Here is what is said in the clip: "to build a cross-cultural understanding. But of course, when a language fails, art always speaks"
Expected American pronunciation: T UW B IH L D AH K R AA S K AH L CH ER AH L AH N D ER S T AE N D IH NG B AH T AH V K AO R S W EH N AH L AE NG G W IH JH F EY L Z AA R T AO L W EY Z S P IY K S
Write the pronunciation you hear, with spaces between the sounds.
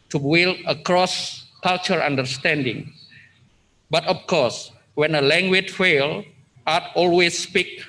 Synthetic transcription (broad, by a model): T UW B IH L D AH K R AA S K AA L CH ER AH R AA N D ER S T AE N D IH NG B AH T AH F K AO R S W EH N AH L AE NG G W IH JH F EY L AA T AO L W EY S P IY K